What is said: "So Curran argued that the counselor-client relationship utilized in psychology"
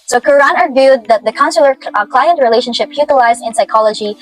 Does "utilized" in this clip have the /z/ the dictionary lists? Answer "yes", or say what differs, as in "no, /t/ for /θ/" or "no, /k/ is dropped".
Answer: yes